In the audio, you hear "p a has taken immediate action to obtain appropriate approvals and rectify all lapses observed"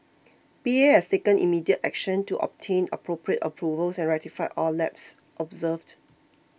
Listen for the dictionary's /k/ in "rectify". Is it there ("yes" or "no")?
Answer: no